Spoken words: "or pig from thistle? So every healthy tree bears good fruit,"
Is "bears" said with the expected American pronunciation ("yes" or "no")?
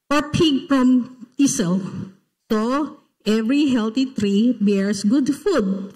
no